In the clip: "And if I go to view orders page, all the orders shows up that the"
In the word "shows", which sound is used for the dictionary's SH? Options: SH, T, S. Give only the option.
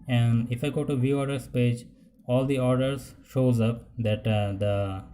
SH